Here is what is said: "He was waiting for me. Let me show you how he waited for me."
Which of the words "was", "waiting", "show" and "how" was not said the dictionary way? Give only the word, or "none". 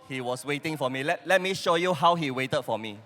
was